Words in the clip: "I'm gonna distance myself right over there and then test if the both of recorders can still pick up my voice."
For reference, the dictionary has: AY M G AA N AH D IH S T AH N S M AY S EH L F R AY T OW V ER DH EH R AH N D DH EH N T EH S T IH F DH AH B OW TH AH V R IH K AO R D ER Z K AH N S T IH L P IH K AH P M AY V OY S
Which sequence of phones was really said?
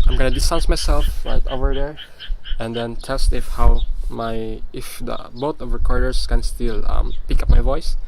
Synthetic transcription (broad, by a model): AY M G AA N AH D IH S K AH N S M AY S EH L F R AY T OW V ER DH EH R AH N D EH N T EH S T IH F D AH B OW T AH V R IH K AO R D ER S K AH N S T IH L P IH K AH P M AY V OY S